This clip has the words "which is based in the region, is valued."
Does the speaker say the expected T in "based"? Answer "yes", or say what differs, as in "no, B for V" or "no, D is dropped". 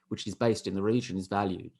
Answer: yes